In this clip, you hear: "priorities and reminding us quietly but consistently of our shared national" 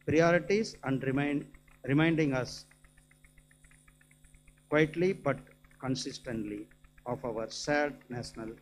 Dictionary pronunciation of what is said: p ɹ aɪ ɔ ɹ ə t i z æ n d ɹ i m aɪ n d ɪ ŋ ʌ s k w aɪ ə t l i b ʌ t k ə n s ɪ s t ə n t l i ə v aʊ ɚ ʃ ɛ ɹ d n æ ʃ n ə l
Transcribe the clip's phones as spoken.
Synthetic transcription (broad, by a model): p ɹ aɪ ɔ ɹ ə t i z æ n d ɹ i m aɪ n d ɪ ŋ ʌ s k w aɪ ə t l i b ʌ t k ə n s ɪ s t ə n t l i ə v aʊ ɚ s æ d n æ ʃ n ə l